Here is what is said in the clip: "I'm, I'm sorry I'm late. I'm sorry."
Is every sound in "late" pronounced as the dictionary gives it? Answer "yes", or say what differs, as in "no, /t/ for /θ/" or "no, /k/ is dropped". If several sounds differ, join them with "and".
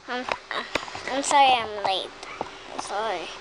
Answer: no, /t/ is dropped